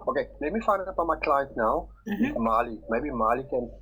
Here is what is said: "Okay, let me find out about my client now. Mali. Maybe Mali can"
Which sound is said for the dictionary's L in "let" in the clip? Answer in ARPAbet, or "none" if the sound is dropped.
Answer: N